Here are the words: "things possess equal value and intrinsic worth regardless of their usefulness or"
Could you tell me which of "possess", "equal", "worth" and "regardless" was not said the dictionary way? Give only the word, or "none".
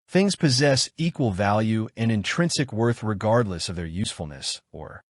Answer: none